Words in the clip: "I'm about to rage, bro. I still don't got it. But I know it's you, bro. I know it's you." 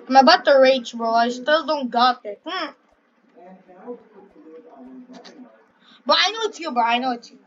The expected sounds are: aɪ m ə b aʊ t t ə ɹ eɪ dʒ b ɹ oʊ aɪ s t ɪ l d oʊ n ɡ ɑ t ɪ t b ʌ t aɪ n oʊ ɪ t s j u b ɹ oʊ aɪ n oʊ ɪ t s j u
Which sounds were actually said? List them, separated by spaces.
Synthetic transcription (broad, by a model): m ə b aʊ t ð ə ɹ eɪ tʃ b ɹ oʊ aɪ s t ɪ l d oʊ n ɡ ɑ t ɪ t b ʌ t aɪ n oʊ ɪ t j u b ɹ aɪ n oʊ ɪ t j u